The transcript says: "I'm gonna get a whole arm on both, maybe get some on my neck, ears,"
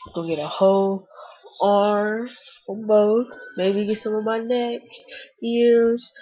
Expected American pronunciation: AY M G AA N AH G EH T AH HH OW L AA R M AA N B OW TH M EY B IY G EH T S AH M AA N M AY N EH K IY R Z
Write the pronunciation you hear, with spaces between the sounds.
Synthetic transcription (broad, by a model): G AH G EH T AH HH OW L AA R AA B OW T M EY B IY G EH T S AH M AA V M AY N EH K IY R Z